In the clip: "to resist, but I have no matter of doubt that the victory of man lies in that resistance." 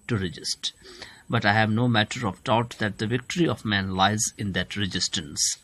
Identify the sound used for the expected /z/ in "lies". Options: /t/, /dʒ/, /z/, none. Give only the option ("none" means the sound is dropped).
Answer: /z/